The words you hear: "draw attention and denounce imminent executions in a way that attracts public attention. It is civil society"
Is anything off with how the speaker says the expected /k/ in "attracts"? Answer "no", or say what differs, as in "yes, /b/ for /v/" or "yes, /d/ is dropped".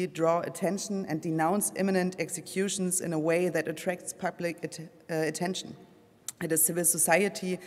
no